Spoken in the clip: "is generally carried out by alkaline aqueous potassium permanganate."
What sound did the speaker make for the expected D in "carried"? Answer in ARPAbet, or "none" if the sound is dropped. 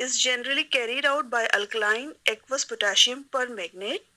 D